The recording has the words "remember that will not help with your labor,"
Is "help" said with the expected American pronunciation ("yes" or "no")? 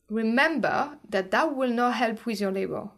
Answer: yes